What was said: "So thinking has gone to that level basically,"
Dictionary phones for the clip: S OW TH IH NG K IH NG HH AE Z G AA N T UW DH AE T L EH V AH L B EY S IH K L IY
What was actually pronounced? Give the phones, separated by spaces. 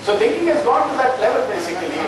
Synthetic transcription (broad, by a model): S OW T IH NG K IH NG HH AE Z G AA N T UW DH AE T L EH V AH L B EY S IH K L IY